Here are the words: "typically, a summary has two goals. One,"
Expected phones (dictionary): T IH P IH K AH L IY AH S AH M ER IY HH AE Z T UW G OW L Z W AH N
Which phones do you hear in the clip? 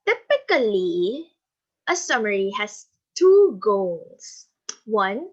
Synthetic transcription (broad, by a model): T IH P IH K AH L IY AH S AH M ER IY HH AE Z T UW G OW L S W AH N